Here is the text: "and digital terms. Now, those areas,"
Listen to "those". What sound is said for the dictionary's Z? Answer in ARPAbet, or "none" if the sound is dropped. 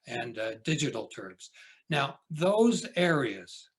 Z